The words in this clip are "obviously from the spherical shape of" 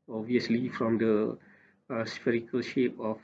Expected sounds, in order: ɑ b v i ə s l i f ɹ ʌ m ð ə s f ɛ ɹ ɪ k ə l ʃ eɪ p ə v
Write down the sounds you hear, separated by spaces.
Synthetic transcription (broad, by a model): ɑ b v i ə s l i f ɹ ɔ m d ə s f ɛ ɹ ɪ k ə l ʃ eɪ p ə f